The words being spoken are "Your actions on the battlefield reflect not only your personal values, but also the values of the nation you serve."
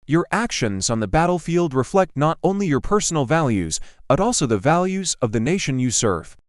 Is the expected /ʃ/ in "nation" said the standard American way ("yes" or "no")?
yes